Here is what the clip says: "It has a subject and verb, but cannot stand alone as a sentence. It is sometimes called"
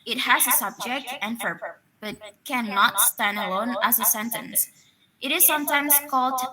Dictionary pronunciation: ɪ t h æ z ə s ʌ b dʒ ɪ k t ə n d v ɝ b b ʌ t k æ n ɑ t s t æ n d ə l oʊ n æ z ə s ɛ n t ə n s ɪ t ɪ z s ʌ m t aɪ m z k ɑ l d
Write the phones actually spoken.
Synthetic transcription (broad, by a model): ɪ t h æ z ə s ʌ b dʒ ɪ k t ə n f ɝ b b ʌ t k æ n ɑ t s t æ n d ə l oʊ n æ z ə s ɛ n t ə n s ɪ t ɪ z s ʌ m t aɪ m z k ɑ l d